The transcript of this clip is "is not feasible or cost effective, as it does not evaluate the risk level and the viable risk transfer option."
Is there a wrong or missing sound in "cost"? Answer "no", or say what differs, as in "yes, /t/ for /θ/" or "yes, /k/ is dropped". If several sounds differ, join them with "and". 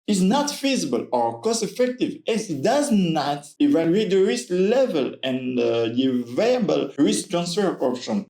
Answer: yes, /t/ is dropped